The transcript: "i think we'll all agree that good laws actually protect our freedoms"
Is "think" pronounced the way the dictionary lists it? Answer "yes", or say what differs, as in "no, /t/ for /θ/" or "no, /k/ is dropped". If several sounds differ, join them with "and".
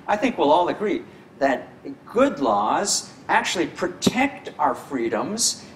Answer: yes